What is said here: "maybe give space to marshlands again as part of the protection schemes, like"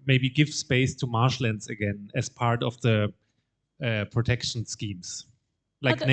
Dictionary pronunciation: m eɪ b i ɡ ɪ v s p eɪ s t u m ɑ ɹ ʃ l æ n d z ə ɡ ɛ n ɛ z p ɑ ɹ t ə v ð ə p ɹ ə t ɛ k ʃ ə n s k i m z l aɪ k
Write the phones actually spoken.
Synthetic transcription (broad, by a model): m eɪ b i ɡ ɪ v s p eɪ s t u m ɑ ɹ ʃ l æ n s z ə ɡ ɛ n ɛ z p ɑ ɹ t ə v ð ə p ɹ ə t ɛ k ʃ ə n s k i m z l aɪ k